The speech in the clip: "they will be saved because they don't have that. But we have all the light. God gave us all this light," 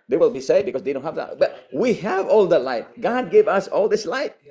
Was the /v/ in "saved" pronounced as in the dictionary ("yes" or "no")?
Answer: no